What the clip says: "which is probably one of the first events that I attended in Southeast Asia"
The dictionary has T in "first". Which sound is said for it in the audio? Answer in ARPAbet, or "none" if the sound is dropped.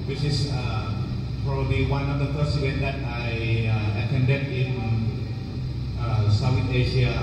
none